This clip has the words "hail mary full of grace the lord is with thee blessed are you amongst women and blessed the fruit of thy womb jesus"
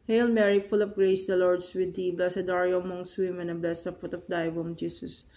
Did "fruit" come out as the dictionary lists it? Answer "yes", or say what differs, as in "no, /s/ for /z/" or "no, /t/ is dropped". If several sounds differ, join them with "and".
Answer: no, /ɹ/ is dropped